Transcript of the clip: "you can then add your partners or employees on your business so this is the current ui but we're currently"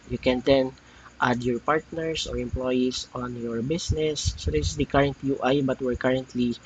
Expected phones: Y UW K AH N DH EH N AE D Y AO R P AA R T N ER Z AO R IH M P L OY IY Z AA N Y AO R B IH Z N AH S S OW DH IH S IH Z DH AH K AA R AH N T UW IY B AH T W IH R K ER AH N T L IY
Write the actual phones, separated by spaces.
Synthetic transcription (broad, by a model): Y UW K AH N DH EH N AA D Y AO R P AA R T N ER S AO R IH M P L OY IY S AA N Y AO R B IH S N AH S S OW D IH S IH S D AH K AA R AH N T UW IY B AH T W IH R K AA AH N T L IY